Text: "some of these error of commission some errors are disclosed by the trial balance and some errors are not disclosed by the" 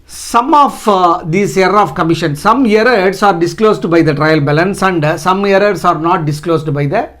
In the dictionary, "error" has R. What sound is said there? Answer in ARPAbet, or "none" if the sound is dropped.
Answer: none